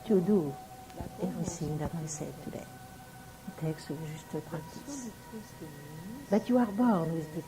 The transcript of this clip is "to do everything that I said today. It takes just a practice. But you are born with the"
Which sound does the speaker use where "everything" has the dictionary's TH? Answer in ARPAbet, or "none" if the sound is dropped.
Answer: S